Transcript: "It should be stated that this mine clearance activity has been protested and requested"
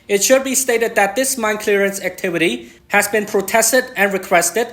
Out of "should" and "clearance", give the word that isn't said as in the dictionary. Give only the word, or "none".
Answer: none